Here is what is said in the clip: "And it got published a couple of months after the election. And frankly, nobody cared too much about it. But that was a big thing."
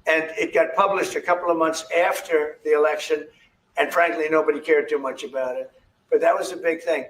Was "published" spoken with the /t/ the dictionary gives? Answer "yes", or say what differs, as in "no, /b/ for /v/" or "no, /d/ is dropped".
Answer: yes